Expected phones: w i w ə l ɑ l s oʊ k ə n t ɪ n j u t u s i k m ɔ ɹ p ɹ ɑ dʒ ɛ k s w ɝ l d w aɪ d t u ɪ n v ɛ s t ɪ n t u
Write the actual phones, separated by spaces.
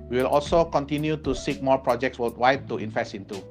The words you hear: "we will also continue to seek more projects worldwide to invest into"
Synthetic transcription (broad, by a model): w i w ə l ɑ l s oʊ k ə n t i n j u t u s i k m ɔ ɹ p ɹ ɑ dʒ ɛ k s w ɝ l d w aɪ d t u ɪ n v ɛ s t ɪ n t u